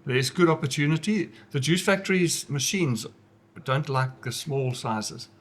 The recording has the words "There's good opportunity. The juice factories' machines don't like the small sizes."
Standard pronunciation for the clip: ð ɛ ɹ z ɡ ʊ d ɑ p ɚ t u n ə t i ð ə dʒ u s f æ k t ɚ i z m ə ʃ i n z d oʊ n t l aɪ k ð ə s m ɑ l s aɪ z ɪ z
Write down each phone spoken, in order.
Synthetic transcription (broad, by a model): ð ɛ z ɡ ʊ d ɑ p ɚ t u n ə t i ð ə dʒ u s f æ k t ɚ i z m ə ʃ i n z d oʊ n t l aɪ k ð ə s m ɑ l s aɪ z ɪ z